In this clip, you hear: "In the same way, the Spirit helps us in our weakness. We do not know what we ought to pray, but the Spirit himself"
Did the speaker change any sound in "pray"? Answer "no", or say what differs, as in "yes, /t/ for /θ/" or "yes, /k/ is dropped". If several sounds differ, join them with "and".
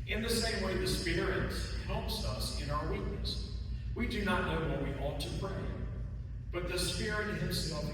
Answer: yes, /b/ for /p/